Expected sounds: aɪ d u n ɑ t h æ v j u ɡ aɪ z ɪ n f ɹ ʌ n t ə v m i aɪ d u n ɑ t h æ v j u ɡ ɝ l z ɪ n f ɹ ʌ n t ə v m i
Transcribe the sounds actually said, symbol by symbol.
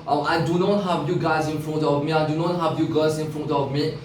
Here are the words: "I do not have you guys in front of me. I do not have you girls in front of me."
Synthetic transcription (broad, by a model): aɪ d u n ɑ t h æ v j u ɡ aɪ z ɪ n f ɹ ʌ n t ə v m i aɪ d u n ɑ t h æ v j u ɡ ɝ z ɪ n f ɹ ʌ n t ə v m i